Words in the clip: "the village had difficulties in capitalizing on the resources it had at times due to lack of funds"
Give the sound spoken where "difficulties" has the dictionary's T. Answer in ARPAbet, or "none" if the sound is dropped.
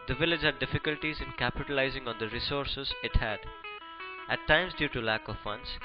T